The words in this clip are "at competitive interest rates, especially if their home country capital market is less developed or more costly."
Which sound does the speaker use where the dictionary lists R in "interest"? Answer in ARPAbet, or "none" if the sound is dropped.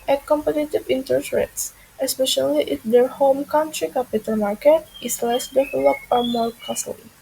none